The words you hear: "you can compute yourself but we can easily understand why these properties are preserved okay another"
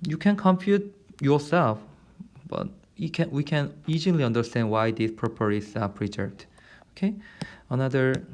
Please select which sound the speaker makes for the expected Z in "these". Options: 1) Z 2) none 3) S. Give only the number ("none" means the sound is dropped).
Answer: 3